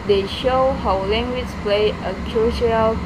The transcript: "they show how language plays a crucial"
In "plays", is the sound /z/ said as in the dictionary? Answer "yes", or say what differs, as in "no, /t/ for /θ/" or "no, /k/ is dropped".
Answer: no, /z/ is dropped